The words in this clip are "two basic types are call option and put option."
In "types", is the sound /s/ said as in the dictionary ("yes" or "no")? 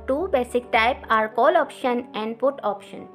no